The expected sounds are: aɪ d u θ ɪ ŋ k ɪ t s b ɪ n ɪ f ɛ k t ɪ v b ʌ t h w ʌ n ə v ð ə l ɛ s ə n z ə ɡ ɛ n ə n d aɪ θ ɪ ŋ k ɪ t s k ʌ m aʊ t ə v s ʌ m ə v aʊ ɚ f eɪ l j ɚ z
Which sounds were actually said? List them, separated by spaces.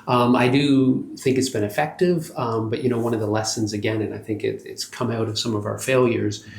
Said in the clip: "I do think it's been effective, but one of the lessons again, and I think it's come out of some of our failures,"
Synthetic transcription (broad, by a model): aɪ d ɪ θ ɪ ŋ k ɪ t s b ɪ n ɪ f ɛ k t ɪ v b ʌ t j w ʌ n ə v ð ə l ɛ s ə n z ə ɡ ɛ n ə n aɪ θ ɪ ŋ k ɪ t s k ʌ m aʊ t ə v s ʌ m ə v aʊ ɚ f eɪ l j ɚ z